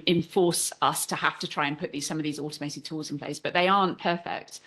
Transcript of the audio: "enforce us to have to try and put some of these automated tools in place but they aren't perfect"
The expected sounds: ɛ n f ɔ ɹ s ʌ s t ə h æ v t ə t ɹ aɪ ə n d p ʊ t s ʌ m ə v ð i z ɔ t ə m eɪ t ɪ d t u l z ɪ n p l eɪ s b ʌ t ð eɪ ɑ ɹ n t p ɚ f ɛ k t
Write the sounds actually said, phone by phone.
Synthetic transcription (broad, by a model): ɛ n f ɔ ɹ s ʌ s t ə h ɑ f t ə t ɹ aɪ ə n p ʊ t s ʌ m ə v ð i z ɔ t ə m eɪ t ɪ d t u l z ɪ n p l eɪ s b ʌ t ð eɪ ɑ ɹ n p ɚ f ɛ k t